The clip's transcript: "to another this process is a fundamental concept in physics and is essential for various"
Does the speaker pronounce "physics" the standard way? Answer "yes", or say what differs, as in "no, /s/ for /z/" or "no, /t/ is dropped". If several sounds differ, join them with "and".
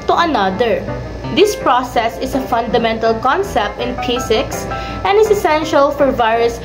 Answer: no, /p/ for /f/ and /s/ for /z/